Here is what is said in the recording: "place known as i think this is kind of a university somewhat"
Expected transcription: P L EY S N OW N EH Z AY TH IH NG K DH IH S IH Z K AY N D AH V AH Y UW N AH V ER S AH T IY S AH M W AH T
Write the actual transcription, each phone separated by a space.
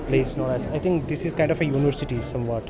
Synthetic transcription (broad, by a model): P L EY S N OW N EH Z AY T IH NG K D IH S IH Z K AY N D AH F AH Y UW N AH V ER S AH T IY S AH M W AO T